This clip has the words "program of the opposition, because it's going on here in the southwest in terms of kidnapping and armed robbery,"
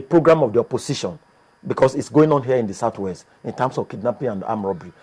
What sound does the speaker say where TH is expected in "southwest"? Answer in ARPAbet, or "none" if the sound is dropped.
T